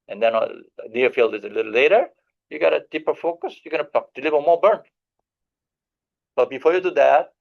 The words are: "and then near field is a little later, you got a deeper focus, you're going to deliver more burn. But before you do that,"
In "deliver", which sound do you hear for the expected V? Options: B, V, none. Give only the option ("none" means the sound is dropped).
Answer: B